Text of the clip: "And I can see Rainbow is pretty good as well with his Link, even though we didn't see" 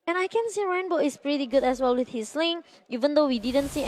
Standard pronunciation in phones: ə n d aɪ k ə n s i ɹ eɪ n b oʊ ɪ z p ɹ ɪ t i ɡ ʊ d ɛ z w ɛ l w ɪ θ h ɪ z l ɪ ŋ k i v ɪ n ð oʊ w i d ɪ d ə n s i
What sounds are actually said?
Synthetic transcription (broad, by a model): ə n aɪ k ə n s i ɹ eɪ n b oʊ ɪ s p ɹ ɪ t i ɡ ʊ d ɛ s w ɛ l w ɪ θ h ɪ s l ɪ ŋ i v ɪ n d oʊ w i d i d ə n s i